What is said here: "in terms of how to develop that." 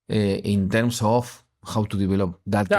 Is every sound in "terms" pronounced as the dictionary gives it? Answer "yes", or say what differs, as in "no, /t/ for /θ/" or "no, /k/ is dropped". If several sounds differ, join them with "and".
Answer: no, /s/ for /z/